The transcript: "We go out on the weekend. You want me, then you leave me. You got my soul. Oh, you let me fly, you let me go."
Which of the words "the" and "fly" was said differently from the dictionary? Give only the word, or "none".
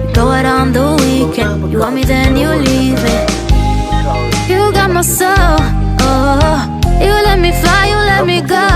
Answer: none